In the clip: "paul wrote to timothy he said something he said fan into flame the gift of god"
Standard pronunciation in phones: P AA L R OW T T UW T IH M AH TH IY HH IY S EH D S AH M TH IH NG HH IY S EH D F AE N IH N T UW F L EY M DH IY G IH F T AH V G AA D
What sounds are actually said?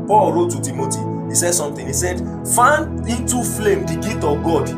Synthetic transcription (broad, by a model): P AA L R OW T T UW T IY M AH T IY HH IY S EH D S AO M T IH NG HH IY S EH D F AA IH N T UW F L EY M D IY G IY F T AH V G AA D